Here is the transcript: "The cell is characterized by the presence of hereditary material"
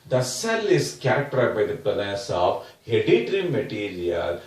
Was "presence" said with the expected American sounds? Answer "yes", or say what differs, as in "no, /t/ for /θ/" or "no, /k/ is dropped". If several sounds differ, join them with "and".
no, /n/ is dropped